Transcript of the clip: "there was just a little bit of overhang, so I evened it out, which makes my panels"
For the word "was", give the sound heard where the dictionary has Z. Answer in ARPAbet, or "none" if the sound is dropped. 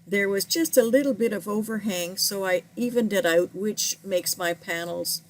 Z